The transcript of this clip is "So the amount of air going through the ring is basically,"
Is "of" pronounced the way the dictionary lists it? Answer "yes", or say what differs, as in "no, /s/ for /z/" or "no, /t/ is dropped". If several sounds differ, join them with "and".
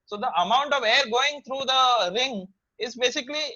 yes